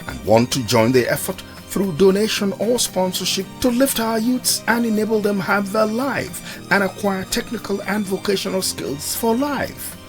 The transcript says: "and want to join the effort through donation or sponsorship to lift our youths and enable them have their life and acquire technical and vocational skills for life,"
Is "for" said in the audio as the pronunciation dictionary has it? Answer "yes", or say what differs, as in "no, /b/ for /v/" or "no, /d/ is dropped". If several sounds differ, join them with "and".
yes